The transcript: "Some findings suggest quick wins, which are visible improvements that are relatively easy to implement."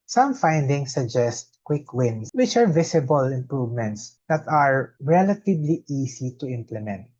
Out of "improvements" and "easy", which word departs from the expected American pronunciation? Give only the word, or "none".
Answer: easy